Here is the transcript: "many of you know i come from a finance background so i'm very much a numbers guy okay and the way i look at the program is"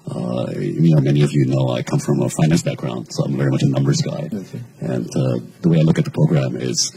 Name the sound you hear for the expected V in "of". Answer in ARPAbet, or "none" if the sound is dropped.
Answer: V